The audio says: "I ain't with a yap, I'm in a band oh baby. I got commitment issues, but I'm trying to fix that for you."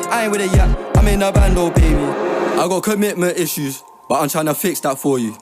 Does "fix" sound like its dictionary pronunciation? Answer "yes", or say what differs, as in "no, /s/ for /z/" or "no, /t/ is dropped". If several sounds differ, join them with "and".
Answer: yes